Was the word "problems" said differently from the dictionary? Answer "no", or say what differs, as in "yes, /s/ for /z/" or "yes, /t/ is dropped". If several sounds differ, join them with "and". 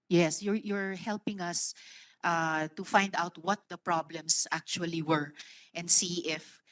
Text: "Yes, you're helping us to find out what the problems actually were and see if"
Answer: yes, /s/ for /z/